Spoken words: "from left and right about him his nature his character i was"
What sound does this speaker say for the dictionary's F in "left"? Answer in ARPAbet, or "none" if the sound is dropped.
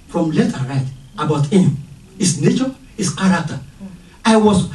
none